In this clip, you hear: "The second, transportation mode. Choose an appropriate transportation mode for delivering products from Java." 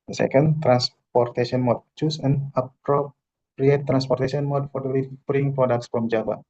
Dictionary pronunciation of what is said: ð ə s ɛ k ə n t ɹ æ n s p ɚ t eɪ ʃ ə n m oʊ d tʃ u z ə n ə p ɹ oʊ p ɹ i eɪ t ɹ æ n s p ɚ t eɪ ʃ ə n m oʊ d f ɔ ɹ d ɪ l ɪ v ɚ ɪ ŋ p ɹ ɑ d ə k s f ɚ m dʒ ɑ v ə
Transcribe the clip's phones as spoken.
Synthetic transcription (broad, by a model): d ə s ɛ k ə n t ɹ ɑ n s p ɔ t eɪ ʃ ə n m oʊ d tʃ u s ə n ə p ɹ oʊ p ɹ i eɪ t ɹ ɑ n s p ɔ t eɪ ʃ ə n m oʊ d f ɔ ɹ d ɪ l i b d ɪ ŋ p ɹ ɑ d ə k s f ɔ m dʒ ɑ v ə